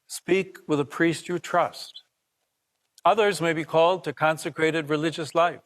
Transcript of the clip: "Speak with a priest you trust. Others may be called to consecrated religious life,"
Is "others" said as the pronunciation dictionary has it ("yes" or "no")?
yes